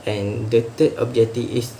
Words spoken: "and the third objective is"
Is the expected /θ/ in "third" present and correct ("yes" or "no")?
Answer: no